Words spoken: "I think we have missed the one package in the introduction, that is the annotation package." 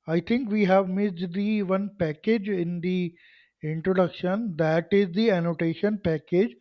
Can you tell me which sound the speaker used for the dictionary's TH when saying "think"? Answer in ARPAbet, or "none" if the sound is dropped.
T